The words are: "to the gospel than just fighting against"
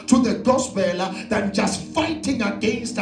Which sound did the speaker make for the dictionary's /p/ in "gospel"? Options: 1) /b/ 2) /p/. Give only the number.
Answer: 1